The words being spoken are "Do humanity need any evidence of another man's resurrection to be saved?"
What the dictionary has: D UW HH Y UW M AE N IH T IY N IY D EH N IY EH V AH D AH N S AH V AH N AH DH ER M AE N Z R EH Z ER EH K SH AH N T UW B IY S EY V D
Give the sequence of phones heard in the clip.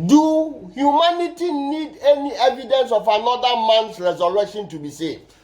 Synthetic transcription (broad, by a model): D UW HH Y UW M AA N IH T IY N IY D EH N IY EH V AH D AH N S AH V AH N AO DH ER M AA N S R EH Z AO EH SH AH N T UW B IY S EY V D